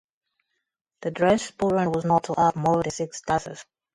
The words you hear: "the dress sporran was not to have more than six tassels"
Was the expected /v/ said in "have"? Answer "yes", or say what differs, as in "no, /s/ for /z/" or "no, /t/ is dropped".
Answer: no, /p/ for /v/